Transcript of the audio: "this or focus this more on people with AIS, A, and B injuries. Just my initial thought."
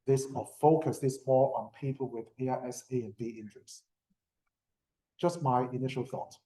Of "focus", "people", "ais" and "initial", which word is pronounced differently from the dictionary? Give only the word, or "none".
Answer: ais